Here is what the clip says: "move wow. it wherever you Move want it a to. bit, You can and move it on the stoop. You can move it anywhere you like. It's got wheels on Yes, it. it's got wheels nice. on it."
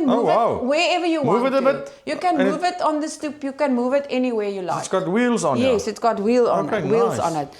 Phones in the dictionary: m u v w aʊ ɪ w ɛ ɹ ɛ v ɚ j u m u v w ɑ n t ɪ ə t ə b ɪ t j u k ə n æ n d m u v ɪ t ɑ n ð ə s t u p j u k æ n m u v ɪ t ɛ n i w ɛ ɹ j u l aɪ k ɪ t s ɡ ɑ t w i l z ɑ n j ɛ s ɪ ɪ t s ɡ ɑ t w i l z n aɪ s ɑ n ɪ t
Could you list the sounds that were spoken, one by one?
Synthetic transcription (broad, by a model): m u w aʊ ɪ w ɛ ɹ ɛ v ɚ j u m u v ɪ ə t ə b ɪ t j u k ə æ n m u v ɪ t ɑ n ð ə s t u p j u k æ n m u v ɪ t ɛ n i w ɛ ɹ j u l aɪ ɪ t s ɡ ɑ t w i l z ɑ n j ɛ s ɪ ɪ t s ɡ ɑ t w i l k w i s ɑ n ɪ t